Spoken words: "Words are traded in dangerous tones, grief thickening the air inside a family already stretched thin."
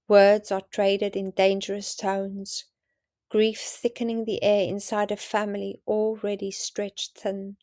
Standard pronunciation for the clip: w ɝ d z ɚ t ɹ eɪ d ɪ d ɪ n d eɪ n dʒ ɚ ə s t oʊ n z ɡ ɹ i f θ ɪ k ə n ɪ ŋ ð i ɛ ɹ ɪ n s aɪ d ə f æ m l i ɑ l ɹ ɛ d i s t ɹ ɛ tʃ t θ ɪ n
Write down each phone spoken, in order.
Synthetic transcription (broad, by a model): w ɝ d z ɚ t ɹ eɪ d ɪ d ɪ n d eɪ n dʒ ɚ ə s t oʊ n z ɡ ɹ i f θ ɪ k ə n ɪ ŋ ð i ɛ ɹ ɪ n s aɪ d ə f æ m l i ɑ l ɹ ɛ d i s t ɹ ɛ tʃ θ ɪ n